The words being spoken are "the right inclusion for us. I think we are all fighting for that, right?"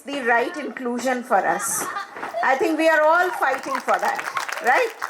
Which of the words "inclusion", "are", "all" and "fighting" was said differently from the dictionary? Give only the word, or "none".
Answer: none